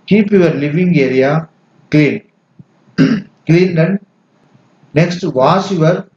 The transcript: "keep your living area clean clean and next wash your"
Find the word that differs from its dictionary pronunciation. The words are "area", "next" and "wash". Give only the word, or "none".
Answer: wash